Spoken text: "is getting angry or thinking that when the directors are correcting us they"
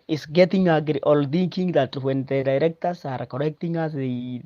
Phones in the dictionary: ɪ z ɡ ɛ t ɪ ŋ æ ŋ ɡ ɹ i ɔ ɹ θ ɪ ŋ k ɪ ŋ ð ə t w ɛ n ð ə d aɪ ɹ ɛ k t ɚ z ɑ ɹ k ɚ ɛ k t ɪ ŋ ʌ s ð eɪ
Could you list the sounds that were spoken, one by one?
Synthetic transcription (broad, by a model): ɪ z ɡ ɛ t ɪ ŋ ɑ ɡ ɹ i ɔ l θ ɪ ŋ k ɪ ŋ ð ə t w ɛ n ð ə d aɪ ɹ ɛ k t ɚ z ɑ ɹ k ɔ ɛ k t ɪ ŋ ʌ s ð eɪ